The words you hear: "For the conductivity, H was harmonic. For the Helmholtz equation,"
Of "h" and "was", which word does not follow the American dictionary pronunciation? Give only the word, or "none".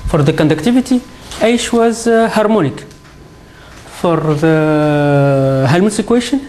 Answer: h